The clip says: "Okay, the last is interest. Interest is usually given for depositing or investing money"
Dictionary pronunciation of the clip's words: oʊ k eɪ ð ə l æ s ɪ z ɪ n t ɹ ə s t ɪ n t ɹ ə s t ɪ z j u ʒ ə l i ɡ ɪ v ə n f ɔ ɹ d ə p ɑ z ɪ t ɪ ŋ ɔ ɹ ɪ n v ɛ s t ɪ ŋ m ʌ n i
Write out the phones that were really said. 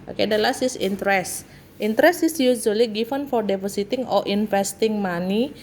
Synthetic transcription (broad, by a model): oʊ k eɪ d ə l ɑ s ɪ s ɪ n t ɹ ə s t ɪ n t ɹ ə s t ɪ s j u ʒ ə l i ɡ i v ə n f ɔ ɹ d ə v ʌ s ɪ t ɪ ŋ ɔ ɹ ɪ n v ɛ s t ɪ ŋ m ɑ n i